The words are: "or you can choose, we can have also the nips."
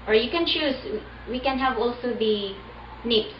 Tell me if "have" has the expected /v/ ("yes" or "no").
yes